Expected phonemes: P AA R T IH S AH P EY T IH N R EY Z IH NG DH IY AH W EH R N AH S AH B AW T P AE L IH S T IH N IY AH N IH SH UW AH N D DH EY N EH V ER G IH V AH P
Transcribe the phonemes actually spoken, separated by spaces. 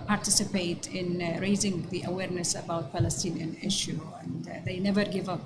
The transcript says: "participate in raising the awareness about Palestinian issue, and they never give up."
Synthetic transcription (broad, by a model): P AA R T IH S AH P EY T IH N R EY Z IH NG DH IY AH W EH R N AH S AH B AW T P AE L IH S T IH N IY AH N IH SH UW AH N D DH EY N EH V ER G IH V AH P